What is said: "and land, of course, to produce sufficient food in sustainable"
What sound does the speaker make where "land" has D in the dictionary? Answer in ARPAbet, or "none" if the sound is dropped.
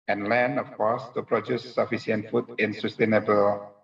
none